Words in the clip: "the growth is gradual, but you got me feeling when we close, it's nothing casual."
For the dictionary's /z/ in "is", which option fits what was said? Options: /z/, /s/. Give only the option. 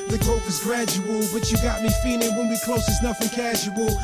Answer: /z/